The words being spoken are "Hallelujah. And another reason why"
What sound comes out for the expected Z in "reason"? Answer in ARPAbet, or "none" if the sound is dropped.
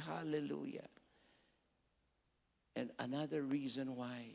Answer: Z